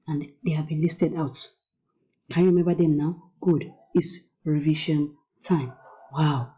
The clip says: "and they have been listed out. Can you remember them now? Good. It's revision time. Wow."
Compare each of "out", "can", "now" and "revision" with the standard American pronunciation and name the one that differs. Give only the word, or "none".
revision